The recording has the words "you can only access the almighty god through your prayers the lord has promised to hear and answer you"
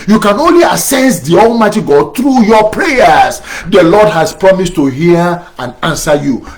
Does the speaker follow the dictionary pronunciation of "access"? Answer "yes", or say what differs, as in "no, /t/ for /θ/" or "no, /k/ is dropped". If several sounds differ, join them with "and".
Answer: no, /k/ is dropped